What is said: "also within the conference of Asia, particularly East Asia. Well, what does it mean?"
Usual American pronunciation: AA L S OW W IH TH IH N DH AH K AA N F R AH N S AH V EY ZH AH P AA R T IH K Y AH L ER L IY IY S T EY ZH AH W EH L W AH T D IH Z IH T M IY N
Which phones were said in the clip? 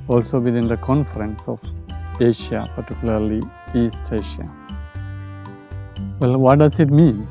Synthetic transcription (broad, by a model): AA L S OW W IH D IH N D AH K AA N F R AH N S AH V EY SH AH P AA R T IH K Y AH L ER L IY IY S T EY SH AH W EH L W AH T D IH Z IH T M IY N